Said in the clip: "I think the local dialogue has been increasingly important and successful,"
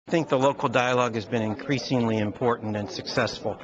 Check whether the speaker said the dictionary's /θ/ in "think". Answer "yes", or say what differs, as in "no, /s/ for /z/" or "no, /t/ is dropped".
yes